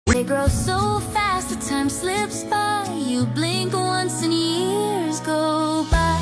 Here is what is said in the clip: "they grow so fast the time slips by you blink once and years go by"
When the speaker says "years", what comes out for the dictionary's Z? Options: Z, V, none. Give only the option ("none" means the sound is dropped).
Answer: Z